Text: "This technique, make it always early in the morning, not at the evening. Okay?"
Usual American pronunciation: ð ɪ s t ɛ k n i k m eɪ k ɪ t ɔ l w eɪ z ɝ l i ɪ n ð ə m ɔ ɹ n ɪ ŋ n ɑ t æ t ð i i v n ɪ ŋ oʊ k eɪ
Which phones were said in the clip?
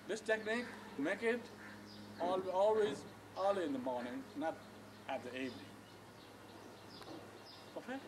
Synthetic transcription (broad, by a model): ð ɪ s t ɛ k n i k m eɪ k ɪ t ɔ l w eɪ z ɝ l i ɪ n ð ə m ɔ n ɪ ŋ n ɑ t æ t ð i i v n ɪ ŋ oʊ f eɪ